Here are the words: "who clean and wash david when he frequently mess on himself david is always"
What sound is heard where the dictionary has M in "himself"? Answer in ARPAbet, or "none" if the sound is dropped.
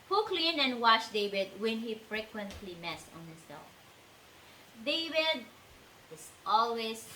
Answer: none